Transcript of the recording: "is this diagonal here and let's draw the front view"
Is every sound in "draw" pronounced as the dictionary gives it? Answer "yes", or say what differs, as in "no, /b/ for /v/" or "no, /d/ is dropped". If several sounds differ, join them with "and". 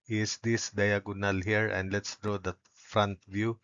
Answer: yes